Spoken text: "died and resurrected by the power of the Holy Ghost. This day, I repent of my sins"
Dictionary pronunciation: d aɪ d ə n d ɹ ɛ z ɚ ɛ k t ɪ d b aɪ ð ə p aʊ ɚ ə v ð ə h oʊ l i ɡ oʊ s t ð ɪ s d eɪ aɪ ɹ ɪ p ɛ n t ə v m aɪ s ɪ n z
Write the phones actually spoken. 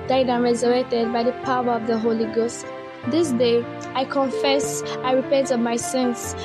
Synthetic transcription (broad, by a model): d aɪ d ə n ɹ ɛ z ɚ ɛ k t ɪ d b aɪ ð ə p aʊ ɚ ə v ð ə h oʊ l i ɡ oʊ s t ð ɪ s d eɪ aɪ ɹ ɪ p ɛ n t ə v m aɪ s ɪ n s